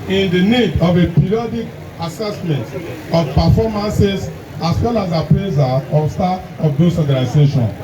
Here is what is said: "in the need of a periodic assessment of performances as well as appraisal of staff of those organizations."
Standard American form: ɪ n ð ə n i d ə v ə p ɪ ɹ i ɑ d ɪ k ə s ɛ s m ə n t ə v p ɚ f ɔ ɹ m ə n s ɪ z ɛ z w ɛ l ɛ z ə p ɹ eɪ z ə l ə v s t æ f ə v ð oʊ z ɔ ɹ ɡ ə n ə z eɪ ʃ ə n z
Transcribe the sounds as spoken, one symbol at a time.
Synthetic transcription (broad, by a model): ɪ n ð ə n i d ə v ə p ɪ ɹ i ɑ d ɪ k ə s ɛ s m ə n t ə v p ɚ f ɔ m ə n s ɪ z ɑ s w ɛ l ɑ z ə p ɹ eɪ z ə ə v s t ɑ ə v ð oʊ s ɔ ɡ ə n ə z eɪ ʃ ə n